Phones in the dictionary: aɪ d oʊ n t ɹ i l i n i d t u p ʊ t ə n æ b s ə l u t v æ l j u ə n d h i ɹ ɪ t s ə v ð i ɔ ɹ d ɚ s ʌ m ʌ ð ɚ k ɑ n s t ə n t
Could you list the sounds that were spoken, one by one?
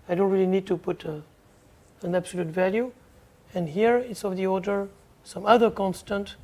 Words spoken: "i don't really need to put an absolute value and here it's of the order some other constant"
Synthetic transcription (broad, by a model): aɪ d oʊ n t ɹ i l i n i d t u p ʊ t ə n æ b s ə l u t v æ l j u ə n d h i ɹ ɪ t s ə v ð i ɔ ɹ d ɚ s ʌ m ʌ ð ɚ k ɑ n s t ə n t